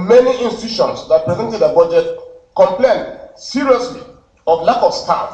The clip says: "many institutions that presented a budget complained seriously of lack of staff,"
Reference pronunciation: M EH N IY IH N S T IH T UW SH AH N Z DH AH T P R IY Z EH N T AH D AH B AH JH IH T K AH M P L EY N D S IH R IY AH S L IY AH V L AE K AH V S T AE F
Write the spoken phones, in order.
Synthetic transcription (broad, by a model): M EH N IY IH N S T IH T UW SH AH N S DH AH T P R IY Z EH N T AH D AH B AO JH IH T K AH M P L EY N D S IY R IY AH S L IY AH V L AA K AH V S T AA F